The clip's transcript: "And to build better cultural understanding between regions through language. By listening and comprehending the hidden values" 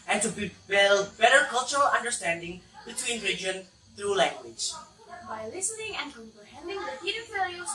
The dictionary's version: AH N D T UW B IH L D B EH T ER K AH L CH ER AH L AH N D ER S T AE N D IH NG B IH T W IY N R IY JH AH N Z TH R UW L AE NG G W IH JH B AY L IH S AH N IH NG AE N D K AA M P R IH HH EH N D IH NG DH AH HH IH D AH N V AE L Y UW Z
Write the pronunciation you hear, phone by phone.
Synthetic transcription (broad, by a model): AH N T UW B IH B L B EH T ER K AH L CH ER AH L AH N D ER S T AE N D IH NG B IH T W IY N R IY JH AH N TH R UW L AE NG G W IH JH B AY L IH S AH N IH NG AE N K AA M P R IH HH EH N D IH NG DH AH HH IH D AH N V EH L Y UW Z